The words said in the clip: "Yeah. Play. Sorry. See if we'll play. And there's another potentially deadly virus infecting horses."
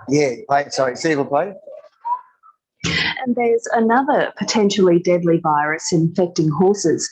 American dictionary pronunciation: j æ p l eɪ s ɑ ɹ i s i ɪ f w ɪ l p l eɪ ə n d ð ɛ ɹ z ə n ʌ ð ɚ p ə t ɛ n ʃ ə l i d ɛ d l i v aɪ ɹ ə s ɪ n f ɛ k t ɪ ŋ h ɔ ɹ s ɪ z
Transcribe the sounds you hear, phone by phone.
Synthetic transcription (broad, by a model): j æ p l eɪ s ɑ i s i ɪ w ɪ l p l eɪ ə n ð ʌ ɹ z ə n ʌ ð ɚ p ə t ɛ n ʃ l i d ɛ d l i v aɪ ɹ ə s ɪ n f ɛ k t ɪ ŋ h ɔ ɹ s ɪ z